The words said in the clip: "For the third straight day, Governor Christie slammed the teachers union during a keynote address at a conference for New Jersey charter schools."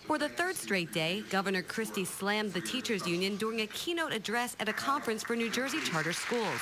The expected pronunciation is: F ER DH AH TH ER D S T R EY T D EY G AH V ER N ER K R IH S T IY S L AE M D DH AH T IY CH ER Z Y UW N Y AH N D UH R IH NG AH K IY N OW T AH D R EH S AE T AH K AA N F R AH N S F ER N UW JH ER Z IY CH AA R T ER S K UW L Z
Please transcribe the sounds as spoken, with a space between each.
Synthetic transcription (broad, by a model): F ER DH AH TH ER D S T R EY T D EY G AH V ER N ER K R IH S T IY S L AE M DH AH T IY CH ER Z Y UW N Y AH N D UH R IH NG AH K IY N OW T AH D R EH S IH T AH K AA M F R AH N S F ER N UW JH ER Z IY CH AA R T ER S K UW L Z